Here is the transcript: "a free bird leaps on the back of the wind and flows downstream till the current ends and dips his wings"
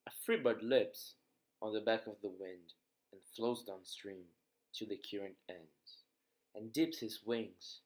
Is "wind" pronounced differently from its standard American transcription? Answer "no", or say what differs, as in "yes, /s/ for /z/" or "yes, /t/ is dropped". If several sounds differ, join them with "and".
no